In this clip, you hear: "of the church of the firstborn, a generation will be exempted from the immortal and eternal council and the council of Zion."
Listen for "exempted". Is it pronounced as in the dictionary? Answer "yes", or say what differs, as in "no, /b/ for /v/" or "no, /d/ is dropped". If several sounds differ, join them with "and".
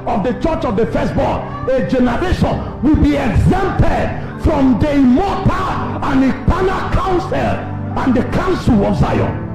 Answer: yes